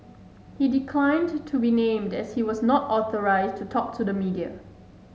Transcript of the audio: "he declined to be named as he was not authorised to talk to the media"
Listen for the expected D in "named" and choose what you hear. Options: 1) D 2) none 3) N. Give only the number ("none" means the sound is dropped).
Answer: 1